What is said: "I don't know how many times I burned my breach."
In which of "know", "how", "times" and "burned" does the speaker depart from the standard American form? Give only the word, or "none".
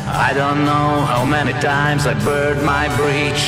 burned